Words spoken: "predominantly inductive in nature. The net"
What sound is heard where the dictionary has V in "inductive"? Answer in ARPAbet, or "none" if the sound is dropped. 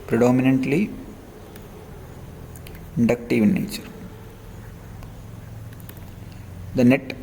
V